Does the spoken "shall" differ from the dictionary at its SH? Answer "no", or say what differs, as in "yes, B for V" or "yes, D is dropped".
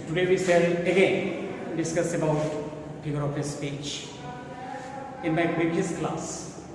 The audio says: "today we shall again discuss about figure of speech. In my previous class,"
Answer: yes, S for SH